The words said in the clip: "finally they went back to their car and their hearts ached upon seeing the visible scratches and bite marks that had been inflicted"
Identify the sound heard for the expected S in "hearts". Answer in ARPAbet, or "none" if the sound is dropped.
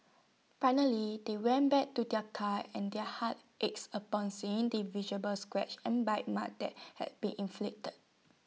none